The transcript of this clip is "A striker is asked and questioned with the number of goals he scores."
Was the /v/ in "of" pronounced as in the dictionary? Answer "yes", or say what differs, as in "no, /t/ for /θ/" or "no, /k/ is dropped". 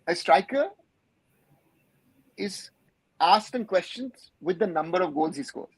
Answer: yes